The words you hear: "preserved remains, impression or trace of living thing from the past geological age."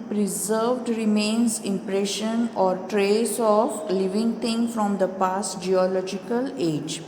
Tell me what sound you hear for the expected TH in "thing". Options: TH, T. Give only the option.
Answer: T